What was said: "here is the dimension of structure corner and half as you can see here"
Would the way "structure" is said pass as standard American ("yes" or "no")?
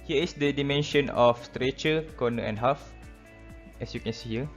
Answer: no